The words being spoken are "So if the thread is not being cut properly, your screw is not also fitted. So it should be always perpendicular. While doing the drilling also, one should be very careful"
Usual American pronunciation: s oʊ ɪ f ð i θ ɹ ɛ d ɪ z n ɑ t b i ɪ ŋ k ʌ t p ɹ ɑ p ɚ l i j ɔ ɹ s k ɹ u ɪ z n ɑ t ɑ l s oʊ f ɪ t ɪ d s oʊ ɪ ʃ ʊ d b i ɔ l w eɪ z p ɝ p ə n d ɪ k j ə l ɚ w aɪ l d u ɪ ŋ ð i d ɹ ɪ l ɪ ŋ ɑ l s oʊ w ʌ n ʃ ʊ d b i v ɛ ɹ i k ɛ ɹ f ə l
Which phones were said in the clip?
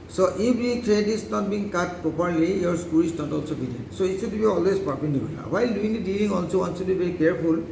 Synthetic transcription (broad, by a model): s oʊ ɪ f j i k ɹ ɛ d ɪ s n ɑ t b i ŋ k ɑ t p ɹ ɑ p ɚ l i j ɔ ɹ s k u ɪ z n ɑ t ɑ l s oʊ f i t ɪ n s oʊ ɪ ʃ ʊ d b i ɔ l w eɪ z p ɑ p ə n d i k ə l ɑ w aɪ l d u ɪ ŋ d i d i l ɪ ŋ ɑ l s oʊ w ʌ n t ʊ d b i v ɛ ɹ i k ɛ ɹ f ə l